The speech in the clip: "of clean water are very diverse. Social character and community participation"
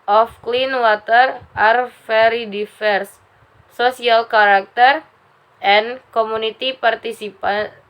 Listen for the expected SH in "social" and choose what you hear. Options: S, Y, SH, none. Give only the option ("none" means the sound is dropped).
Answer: none